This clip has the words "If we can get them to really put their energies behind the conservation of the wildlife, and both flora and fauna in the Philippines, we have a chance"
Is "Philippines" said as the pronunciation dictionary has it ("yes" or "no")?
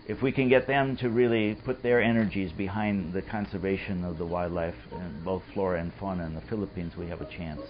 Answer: yes